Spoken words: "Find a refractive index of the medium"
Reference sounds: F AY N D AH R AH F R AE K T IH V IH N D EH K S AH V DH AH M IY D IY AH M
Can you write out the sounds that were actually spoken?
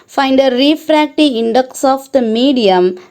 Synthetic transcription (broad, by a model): F AY N D AH R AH F R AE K T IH IH N D EH K S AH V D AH M IY D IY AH M